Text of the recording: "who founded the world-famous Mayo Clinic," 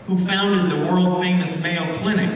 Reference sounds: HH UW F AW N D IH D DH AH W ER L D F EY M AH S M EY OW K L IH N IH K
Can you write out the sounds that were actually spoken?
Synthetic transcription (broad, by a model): HH UW F AW N D IH D DH AH W ER L D F EY M AH S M EY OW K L IH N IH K